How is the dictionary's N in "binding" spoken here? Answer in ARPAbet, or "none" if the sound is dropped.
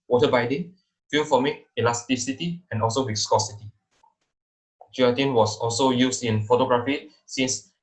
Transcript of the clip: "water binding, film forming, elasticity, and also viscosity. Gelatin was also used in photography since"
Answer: none